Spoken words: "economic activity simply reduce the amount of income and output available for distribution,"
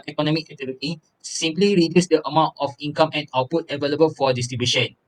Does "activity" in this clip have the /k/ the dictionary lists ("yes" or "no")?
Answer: no